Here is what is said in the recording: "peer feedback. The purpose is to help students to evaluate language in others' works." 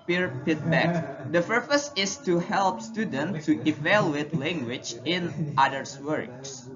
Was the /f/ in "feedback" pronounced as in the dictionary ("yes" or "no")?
no